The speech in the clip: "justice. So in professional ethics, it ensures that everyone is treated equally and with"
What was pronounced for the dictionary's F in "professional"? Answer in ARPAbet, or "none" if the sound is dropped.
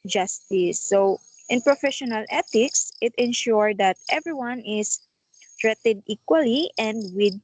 F